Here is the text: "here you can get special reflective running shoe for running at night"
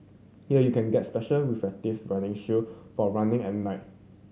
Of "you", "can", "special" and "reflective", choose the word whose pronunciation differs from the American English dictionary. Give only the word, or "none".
reflective